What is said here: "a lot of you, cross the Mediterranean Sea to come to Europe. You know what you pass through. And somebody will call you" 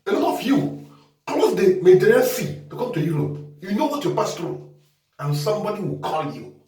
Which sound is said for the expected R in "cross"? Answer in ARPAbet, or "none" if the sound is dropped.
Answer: L